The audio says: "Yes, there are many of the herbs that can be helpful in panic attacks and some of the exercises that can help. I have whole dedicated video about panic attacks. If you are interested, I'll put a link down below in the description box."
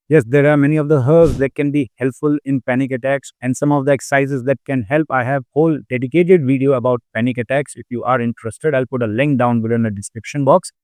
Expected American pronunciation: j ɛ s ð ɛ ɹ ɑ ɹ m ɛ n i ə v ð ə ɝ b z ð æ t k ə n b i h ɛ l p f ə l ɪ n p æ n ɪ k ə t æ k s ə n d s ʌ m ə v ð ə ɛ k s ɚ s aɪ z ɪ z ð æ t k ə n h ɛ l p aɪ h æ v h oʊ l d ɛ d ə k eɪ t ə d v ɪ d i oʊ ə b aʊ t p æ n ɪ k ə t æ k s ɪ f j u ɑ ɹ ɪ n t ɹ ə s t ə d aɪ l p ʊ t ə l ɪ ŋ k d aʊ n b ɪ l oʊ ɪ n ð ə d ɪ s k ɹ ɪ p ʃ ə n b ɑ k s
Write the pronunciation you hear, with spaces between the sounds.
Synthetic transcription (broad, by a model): j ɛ s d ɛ ɹ ɑ ɹ m ɛ n i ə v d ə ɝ z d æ t k ə n b i h ɛ l p f ə l ɪ n p æ n ɪ k ə t æ k s ə n d s ʌ m ə v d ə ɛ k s s aɪ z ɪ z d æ t k ə n h ɛ l p aɪ h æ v h oʊ l d ɛ d ə k eɪ t ə d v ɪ d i oʊ ə b aʊ t p æ n ɪ k ə t æ k s ɪ f j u ɑ ɹ ɪ n t ɹ ə s t ə d aɪ l p ʊ t ə l ɪ ŋ k d aʊ n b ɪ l ɪ n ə d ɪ s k ɹ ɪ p ʃ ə n b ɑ k s